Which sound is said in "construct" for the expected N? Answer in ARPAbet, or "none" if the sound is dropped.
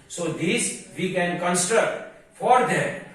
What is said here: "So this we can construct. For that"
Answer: N